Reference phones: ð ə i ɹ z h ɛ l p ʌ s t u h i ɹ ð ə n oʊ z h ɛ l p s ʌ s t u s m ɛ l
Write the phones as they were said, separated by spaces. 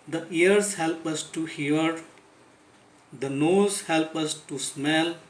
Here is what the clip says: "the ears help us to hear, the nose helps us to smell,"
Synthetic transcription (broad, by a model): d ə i ɹ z h ɛ l p ʌ s t u h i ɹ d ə n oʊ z h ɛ l p ʌ s t u s m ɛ l